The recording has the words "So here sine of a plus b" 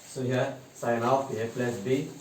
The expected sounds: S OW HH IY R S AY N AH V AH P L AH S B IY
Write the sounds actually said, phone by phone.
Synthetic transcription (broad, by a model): S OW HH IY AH S AY N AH P AH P L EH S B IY